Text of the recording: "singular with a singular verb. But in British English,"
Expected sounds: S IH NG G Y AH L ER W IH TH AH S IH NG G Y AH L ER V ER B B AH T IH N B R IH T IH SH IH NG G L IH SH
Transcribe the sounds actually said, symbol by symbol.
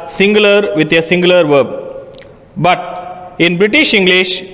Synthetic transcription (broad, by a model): S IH NG G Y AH L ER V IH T AH S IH NG G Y L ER V ER B B AH T IH N B R IH T IH SH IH NG G L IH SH